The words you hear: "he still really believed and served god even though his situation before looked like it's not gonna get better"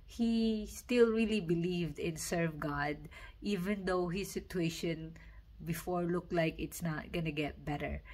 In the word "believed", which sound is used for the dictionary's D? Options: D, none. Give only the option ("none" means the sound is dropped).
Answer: D